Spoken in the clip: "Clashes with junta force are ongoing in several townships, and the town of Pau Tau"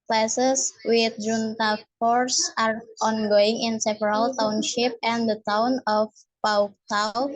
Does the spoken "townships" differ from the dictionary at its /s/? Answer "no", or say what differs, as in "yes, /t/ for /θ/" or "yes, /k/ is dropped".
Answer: yes, /s/ is dropped